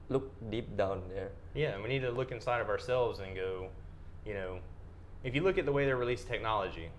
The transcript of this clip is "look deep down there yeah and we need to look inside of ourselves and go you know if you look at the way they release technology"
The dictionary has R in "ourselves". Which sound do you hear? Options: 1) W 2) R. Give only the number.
2